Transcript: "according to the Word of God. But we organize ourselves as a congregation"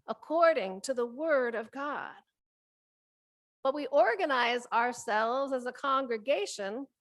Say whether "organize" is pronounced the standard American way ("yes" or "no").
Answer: yes